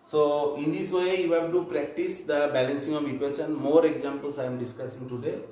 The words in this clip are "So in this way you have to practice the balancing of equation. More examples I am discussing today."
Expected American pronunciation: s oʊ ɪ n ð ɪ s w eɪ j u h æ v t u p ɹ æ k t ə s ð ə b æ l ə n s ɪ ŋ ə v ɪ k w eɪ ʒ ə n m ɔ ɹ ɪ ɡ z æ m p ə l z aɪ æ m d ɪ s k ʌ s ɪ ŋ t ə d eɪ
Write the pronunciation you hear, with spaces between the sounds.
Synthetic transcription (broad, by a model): s oʊ ɪ n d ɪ s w eɪ j u h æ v t u p ɹ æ k t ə s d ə b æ l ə n s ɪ ŋ ə v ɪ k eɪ s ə n m ɔ ɹ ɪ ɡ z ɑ m p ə l s aɪ m d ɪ s k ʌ s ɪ ŋ t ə d eɪ